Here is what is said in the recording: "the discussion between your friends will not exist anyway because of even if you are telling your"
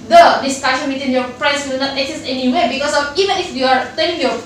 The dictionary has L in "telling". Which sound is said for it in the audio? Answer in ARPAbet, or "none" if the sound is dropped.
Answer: N